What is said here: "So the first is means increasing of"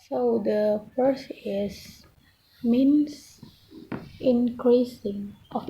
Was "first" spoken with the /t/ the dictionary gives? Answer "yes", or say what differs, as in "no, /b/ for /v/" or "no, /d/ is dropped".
no, /t/ is dropped